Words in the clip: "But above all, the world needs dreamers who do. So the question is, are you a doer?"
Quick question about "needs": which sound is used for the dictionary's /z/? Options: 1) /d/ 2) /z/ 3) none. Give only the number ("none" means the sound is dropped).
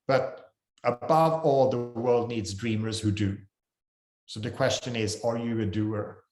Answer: 2